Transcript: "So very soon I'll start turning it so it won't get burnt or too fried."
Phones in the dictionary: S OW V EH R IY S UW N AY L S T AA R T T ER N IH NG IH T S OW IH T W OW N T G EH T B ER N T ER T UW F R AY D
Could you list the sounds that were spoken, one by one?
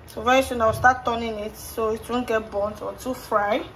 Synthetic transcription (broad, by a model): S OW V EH IY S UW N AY W S T AA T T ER N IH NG IH T S OW IH T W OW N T G EH T B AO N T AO T UW F R AY